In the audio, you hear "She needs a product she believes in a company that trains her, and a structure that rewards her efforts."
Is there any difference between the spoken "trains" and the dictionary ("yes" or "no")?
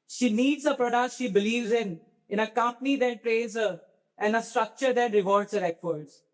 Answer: yes